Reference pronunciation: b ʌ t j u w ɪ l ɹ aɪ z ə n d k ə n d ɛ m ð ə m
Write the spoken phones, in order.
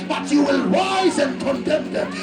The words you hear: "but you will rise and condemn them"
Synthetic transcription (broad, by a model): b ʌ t j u w ɪ l w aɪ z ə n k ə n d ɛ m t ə